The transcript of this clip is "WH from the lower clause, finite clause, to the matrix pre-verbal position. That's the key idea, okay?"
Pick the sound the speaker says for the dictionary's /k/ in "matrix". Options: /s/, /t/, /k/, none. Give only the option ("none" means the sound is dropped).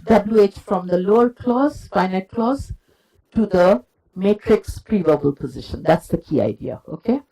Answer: /k/